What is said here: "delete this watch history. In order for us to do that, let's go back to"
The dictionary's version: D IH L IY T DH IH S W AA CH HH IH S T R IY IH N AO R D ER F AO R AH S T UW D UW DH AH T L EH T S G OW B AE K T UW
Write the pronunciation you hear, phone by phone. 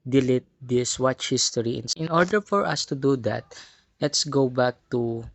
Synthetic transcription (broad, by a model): D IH L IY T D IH S W AA CH HH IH S T R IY IH N AO R D ER F AO R AH S T UW D UW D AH T L EH T S G OW B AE K T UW